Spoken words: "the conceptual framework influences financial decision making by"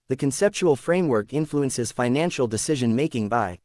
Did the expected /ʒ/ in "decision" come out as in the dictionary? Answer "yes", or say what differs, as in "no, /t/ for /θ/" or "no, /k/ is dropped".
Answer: yes